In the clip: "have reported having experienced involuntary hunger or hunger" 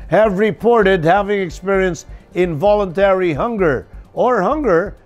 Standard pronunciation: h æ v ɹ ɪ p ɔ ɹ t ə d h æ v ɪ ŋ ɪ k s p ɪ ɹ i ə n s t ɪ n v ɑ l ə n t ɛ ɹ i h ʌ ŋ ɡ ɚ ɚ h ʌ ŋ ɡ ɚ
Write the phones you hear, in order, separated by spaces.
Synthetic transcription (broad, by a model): h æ v ɹ ɪ p ɔ ɹ t ə d h æ v ɪ ŋ ɪ k s p ɪ ɹ i ə n s t ɪ n v ɑ l ə n t ɛ ɹ i h ʌ ŋ ɡ ɚ ɚ h ʌ ŋ ɡ ɚ